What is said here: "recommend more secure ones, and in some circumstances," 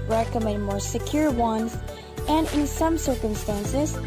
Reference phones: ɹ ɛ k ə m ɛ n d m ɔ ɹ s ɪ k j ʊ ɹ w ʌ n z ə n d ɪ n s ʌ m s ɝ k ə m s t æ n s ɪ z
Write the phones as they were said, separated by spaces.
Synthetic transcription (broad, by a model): ɹ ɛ k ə m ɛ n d m ɔ ɹ s ɪ k j ʊ ɹ w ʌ n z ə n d ɪ n s ʌ m s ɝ k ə m s t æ n s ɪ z